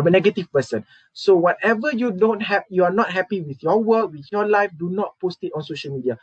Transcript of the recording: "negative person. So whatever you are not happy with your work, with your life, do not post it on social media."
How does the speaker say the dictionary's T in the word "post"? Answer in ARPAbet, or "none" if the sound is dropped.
T